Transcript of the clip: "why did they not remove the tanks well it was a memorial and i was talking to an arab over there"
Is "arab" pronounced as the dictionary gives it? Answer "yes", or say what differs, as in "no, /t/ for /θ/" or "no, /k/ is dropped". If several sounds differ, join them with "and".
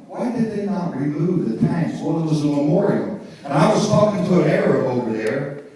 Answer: no, /b/ is dropped